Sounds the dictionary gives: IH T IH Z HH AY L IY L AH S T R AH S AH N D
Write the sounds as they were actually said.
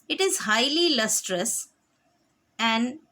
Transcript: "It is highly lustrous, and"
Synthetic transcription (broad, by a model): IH T IH Z HH AY L IY L AH S T R AH S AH N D